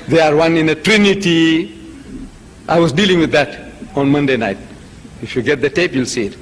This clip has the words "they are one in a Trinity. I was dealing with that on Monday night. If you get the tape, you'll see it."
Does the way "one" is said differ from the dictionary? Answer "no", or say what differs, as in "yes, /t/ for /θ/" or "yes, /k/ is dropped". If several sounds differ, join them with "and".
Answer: no